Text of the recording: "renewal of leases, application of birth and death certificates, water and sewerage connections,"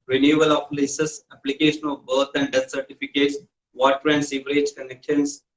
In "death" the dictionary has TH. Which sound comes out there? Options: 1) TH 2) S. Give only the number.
2